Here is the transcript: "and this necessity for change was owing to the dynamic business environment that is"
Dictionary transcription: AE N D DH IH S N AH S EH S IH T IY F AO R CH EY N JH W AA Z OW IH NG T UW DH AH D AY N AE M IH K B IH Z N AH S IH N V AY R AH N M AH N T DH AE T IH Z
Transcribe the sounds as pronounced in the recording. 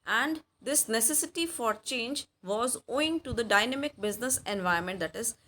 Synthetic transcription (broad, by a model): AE N D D IH S N AH S EH S IH T IY F AO R CH EY N JH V AA Z OW IH NG T UW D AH D AY N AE M IH K B IH Z N AH S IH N V AY AH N M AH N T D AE T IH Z